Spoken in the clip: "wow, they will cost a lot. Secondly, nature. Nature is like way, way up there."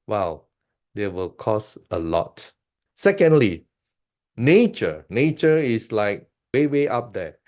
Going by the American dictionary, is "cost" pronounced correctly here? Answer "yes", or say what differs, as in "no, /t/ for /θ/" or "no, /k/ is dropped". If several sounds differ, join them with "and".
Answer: no, /t/ is dropped